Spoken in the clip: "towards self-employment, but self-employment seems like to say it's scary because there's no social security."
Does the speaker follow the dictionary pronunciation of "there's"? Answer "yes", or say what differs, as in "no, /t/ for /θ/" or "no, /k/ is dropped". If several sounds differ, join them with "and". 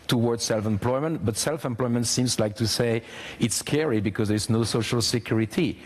yes